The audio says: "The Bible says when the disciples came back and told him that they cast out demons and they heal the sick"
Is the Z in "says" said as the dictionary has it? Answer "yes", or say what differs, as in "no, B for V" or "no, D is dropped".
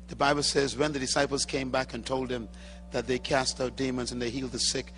yes